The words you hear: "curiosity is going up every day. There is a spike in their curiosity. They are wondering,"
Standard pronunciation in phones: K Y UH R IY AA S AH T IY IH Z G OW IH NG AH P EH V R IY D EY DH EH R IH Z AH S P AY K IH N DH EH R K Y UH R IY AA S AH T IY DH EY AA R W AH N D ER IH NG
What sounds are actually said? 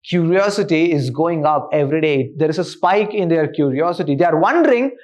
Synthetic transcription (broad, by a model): K Y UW R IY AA S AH T IY IH Z G OW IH NG AH P EH V R IY D EY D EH R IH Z AH S P AY K IH N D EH R K Y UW R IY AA S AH T IY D EY AA R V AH N D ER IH NG